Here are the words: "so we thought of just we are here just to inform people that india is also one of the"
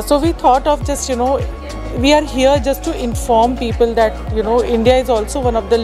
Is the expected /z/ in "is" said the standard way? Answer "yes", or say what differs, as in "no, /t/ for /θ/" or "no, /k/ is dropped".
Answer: yes